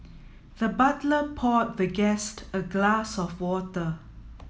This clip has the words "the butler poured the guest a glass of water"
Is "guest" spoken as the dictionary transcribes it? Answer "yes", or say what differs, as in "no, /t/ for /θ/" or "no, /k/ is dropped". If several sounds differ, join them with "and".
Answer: yes